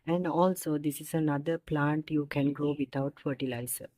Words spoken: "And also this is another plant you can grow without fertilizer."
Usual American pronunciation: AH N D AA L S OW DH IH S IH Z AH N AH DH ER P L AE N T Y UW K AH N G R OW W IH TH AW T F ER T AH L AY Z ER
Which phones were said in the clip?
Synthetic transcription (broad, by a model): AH N D AA L S OW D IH S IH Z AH N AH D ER P L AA N T Y UW K AH N G R OW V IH T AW T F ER T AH L AY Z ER